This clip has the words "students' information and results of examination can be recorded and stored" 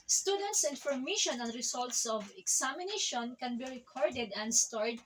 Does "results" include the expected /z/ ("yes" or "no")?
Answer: no